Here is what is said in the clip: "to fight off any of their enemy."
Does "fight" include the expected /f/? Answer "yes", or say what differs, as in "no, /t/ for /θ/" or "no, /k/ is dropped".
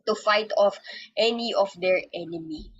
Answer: yes